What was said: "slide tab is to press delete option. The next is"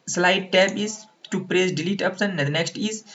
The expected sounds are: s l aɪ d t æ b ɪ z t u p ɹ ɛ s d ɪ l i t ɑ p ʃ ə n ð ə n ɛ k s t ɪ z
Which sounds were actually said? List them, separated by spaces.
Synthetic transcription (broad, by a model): s l aɪ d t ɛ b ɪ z t u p ɹ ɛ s d ɪ l i t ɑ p s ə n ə n ɛ k s t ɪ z